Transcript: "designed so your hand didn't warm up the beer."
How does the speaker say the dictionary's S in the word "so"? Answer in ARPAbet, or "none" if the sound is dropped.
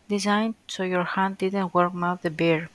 S